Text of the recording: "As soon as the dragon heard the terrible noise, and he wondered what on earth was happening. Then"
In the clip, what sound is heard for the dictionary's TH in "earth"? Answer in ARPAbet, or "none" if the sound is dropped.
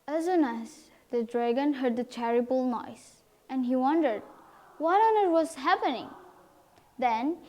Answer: T